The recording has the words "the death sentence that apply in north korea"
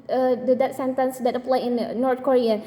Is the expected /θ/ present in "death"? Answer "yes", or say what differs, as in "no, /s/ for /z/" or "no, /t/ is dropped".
no, /t/ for /θ/